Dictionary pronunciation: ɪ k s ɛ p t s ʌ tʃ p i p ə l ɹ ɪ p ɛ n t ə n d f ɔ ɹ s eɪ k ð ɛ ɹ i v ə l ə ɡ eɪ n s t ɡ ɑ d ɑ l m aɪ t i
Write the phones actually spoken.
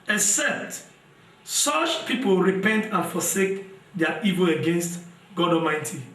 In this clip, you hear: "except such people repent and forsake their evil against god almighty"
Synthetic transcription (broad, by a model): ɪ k s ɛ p t s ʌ tʃ p i p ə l ɹ ɪ p ɛ n t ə n f ɔ s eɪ k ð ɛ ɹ i v ə l ə ɡ eɪ n s t ɡ ɑ d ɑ m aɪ t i